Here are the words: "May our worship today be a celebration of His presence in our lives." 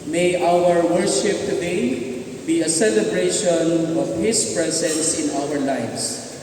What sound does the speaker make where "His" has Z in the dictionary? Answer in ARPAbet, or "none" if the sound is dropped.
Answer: S